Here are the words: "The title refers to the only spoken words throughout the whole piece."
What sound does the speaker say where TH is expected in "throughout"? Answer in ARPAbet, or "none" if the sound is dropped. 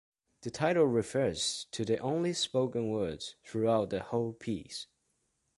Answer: TH